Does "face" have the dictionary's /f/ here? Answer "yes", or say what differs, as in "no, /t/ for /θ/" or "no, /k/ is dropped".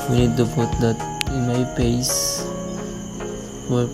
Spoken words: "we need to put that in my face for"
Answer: no, /p/ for /f/